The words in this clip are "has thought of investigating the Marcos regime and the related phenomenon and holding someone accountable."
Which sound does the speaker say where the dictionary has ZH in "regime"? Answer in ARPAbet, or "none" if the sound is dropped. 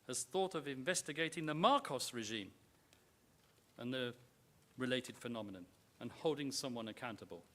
ZH